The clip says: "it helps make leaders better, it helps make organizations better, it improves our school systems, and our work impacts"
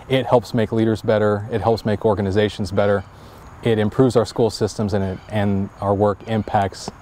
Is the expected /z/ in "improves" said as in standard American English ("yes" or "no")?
yes